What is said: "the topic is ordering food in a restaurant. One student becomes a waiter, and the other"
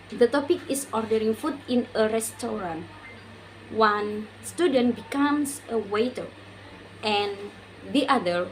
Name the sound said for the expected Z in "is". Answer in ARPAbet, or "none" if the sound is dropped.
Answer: S